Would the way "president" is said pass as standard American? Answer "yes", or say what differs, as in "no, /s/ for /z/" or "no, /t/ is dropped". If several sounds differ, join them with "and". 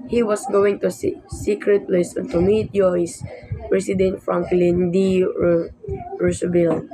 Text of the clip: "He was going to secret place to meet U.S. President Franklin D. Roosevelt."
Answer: no, /s/ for /z/